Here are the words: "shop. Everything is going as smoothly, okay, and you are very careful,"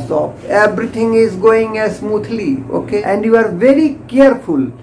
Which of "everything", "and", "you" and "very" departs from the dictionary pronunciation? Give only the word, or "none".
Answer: everything